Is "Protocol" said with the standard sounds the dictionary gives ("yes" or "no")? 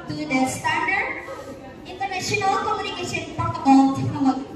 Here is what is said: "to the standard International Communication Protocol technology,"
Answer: no